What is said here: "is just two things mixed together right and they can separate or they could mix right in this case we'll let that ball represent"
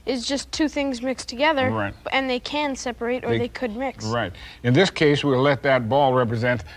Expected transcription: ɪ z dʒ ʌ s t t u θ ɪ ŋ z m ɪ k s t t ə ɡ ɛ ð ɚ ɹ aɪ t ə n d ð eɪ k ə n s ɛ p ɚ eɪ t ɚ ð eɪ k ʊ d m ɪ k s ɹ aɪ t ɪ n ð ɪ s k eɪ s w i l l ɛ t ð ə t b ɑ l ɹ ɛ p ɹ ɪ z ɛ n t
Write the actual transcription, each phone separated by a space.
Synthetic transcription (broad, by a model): ɪ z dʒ ʌ s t t u θ ɪ ŋ z m ɪ k s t t ə ɡ ɛ ð ɚ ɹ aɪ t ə n ð eɪ k ə n s ɛ p ɚ eɪ t ɚ ð eɪ k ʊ d m ɪ k s ɹ aɪ t ɪ n ð ɪ s k eɪ s w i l l ɛ t ð ə t b ɑ l ɹ ɛ p ɹ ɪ z ɛ n t